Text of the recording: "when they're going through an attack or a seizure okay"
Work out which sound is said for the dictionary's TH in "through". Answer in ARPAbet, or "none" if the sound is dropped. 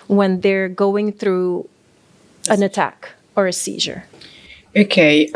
TH